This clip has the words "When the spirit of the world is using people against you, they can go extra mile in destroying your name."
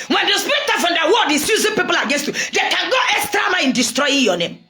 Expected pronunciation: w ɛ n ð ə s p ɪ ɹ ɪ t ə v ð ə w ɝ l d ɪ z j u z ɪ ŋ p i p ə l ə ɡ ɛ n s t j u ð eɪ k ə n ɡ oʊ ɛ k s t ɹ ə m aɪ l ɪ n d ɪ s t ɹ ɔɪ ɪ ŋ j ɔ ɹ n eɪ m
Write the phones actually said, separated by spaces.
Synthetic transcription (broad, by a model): w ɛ n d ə s p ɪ ɹ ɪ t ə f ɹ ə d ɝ w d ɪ s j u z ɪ p i p ə l ə ɡ ɛ n s t j u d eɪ k ə n ɡ oʊ ɛ k s t ɹ ə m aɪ ɪ n d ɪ s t ɹ ɔɪ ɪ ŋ j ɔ n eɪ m